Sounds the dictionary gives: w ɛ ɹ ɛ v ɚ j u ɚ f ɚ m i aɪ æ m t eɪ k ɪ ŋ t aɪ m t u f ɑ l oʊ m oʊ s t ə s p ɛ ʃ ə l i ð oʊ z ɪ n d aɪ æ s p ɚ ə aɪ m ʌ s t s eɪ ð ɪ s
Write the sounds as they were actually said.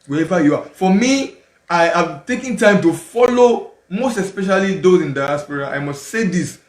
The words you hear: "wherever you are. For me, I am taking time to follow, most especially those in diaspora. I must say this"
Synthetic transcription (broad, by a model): w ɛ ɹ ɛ v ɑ j u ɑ f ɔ m i aɪ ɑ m t eɪ k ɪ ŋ t aɪ m t u f ɑ l oʊ m oʊ s t ə s p ɛ ʃ ə l i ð oʊ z ɪ n d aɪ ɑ s p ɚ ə aɪ m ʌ s t s eɪ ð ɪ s